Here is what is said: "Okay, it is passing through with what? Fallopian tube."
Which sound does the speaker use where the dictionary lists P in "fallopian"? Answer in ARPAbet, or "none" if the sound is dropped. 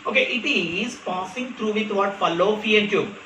F